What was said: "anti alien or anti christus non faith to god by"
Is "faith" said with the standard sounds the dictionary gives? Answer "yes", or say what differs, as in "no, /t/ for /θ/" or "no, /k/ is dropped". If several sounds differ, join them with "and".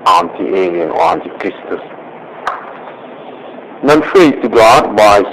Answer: no, /t/ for /θ/